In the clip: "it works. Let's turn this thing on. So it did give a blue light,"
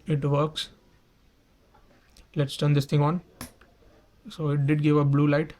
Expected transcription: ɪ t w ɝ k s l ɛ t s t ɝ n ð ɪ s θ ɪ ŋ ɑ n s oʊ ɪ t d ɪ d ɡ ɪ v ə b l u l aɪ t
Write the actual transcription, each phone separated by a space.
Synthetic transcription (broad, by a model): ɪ t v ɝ k s l ɛ t s t ɝ n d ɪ s t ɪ ŋ ɑ n s oʊ ɪ t d ɪ d ɡ ɪ v ə b l u l aɪ t